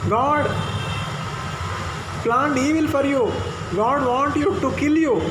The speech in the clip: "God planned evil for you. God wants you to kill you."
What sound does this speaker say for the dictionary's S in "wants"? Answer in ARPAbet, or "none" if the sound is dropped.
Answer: none